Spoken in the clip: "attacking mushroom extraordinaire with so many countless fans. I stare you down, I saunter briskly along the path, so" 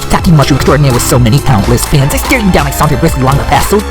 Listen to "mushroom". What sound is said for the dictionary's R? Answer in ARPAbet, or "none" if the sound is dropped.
none